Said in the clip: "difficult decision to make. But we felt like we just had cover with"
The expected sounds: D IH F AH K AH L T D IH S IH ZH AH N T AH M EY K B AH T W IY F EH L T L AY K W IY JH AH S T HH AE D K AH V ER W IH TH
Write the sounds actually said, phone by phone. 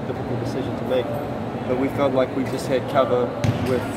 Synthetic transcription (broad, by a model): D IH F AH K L D IH S IH ZH AH N T AH M EY K B AH T W IY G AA T L AY K W IY JH AH S T HH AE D K AH V ER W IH